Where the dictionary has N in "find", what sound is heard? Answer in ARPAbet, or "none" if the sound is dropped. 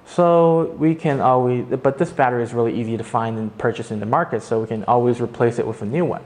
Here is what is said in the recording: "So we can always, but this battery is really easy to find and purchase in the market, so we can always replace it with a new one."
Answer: N